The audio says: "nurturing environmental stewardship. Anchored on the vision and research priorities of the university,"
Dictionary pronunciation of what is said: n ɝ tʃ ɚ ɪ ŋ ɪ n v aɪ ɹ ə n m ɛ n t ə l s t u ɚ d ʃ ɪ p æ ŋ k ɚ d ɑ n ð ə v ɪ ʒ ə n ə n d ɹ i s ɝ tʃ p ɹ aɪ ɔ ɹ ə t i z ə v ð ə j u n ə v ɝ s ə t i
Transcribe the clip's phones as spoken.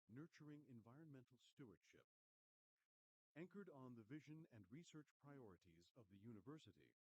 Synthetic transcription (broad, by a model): n ɝ tʃ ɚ ɪ ŋ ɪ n v aɪ ɹ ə n m ɛ n t l s t u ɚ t ʃ ɪ p æ ŋ k ɚ d n ð ə v ɪ ʒ ə n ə n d ɹ i s ɝ tʃ p ɹ aɪ ɔ ɹ ə t i z ə v ð ə j u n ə v ɝ s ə t i